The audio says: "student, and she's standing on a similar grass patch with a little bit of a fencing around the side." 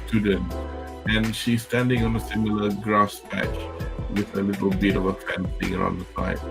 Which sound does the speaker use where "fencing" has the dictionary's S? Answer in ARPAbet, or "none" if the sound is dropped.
TH